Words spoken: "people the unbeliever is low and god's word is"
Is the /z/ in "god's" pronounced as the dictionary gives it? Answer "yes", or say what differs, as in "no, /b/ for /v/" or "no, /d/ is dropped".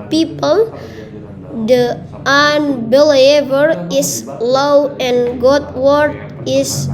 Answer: no, /z/ is dropped